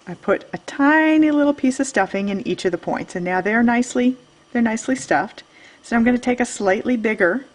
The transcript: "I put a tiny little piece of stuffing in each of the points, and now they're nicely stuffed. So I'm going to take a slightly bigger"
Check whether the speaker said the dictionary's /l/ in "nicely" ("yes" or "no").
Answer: yes